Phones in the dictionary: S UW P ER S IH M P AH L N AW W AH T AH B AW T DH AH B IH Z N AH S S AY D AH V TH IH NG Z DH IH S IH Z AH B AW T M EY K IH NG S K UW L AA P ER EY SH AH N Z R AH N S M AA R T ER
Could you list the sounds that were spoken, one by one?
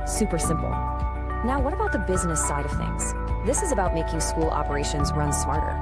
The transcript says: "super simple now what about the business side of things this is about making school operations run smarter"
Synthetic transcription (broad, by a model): S UW P ER S IH M P L N AW W AH T AH B AW T DH AH B IH Z N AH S S AY D AH V TH IH NG Z DH IH S IH Z AH B AW T M EY K IH NG S K UW L AA P ER EY SH AH N Z R AH N S M AA R T ER